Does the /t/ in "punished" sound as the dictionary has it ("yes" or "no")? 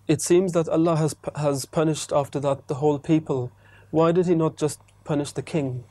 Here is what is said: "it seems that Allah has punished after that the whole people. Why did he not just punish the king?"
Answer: yes